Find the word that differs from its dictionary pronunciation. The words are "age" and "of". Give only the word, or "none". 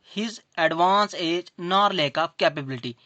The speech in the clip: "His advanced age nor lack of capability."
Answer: of